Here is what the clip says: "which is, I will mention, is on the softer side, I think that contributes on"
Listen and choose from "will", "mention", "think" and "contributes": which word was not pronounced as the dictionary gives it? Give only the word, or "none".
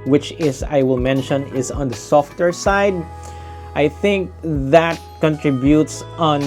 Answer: none